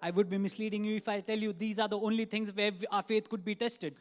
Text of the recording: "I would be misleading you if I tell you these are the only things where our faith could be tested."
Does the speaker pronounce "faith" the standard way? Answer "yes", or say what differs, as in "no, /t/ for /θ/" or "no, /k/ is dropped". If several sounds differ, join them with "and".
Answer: no, /t/ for /θ/